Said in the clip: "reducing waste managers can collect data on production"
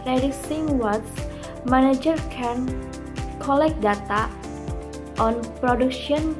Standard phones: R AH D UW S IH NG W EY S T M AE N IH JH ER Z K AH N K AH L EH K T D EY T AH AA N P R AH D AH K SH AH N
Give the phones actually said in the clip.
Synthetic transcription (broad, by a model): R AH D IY S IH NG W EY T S M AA N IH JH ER K AH N K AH L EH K D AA T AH AA N P R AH D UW K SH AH N